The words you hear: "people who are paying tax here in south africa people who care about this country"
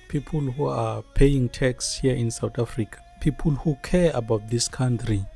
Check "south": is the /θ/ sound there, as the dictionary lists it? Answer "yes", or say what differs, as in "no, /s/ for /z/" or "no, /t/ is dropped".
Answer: no, /t/ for /θ/